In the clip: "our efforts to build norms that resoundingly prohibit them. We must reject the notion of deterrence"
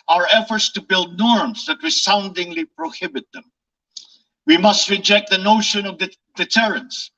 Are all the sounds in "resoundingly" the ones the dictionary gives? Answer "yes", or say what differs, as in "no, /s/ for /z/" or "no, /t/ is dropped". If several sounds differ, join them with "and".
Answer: no, /w/ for /ɹ/ and /s/ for /z/